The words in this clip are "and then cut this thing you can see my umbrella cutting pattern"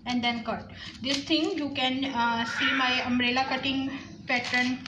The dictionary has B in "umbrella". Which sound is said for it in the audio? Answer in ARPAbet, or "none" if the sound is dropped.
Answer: none